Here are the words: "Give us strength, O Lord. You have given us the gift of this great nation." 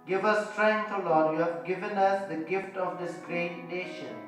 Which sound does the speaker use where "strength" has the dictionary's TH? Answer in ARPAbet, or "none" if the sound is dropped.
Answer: T